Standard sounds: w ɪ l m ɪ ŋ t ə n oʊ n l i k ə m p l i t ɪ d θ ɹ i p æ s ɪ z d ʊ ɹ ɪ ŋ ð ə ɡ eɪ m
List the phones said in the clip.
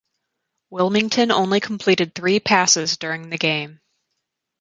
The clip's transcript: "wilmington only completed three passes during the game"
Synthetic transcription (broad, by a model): w ɪ l m ɪ ŋ t ə n oʊ n l i k m p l i t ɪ d θ ɹ i p æ s ɪ z d ʊ ɹ ɪ ŋ ð ə ɡ eɪ m